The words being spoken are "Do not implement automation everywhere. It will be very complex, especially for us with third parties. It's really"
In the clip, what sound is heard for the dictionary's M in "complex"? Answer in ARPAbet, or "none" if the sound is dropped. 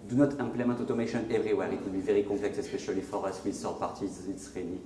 none